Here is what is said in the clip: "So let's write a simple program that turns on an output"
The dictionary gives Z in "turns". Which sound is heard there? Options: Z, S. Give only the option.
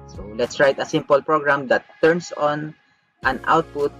S